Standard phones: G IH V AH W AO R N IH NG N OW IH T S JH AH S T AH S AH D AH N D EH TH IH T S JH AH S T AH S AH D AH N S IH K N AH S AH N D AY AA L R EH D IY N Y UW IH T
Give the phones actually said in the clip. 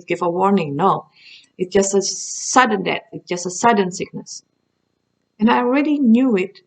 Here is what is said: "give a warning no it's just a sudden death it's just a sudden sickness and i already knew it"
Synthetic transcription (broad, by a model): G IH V AH W AO R N IH NG N OW IH T S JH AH S T AH S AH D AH N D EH T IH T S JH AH S T AH S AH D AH N S IH K N AH S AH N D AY AA L R EH D IY N Y UW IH T